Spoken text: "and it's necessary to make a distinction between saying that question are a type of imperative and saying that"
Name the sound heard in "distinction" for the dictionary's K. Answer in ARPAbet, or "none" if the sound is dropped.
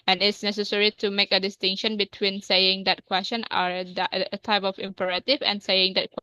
K